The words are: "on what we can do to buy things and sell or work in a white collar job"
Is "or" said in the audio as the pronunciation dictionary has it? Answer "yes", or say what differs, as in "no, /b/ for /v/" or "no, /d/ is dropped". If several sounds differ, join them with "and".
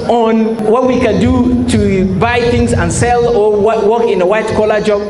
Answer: no, /w/ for /ɹ/